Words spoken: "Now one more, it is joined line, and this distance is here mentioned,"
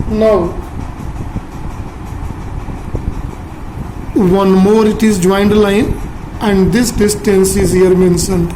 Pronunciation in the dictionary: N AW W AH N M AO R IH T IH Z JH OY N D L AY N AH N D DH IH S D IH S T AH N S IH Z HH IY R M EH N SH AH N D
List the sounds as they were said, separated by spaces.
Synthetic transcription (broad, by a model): N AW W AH N M AO R IH T IH Z JH OY N D L AY N AH N D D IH S D IH S T AH N S IH Z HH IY R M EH N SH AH N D